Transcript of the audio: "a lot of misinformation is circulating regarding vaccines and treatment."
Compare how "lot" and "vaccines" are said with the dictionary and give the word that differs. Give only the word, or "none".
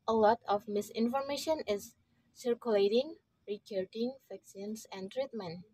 vaccines